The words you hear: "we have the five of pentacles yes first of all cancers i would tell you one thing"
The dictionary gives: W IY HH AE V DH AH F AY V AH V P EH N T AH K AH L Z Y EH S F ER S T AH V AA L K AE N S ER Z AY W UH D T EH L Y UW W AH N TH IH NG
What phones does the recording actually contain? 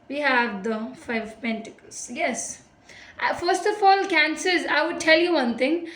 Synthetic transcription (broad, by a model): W IY HH AE V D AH F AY AH V P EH N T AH K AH L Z Y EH S F ER S T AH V AA L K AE N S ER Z AY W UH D T EH L Y UW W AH N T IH NG